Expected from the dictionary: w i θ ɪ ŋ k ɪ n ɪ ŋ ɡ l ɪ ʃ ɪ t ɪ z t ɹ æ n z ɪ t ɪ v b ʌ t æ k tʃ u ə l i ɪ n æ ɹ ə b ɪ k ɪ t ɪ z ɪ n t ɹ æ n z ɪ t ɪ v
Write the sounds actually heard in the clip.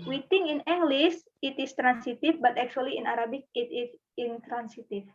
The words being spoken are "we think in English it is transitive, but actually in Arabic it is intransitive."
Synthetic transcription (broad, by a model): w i t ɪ ŋ ɪ n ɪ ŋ ɡ l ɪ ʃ ɪ t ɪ s t ɹ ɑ n s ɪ t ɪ f b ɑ t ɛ k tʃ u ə l i ɪ n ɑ ɹ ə b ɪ k ɪ t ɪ s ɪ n t ɹ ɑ n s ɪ t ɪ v